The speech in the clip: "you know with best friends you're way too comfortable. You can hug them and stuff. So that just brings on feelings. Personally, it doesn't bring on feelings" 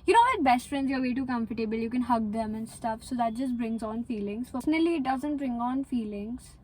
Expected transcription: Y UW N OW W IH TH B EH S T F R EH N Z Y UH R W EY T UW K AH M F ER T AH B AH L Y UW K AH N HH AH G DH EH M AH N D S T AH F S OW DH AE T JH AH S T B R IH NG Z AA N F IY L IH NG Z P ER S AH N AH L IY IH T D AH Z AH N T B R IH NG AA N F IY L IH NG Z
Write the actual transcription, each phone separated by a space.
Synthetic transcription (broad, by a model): Y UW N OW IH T B EH S T F R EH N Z Y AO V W EY T UW K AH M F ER T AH B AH L Y UW K AH N HH AH G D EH M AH N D S T AH F S OW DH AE T JH AH S T B R IH NG Z AA N F IY L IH NG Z F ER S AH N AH L IY IH T D AH Z AH N T B R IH NG AA N F IY L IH NG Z